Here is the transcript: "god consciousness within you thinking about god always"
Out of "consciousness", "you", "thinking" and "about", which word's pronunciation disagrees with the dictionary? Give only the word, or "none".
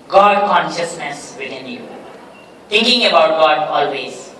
thinking